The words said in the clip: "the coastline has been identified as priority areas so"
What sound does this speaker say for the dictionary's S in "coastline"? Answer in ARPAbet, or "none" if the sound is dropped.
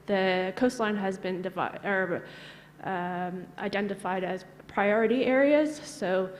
S